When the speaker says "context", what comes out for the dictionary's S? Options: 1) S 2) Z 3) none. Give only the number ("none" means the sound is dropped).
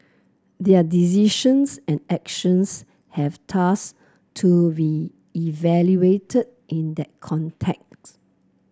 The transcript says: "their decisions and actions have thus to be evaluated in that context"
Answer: 3